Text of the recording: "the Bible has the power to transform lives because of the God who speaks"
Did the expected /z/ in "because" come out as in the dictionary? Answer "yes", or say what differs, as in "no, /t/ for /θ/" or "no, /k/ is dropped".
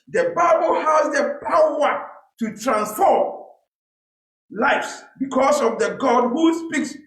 no, /s/ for /z/